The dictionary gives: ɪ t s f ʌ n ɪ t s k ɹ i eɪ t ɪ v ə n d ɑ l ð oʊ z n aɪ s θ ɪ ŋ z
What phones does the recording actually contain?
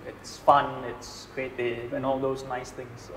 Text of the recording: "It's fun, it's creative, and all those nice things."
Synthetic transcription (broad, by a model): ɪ t s f ʌ n ɪ t s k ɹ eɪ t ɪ ə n ɑ l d oʊ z n aɪ s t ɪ ŋ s